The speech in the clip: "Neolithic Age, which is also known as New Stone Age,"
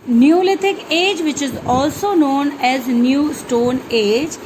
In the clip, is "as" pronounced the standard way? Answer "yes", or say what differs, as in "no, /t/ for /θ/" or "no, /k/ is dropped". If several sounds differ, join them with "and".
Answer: yes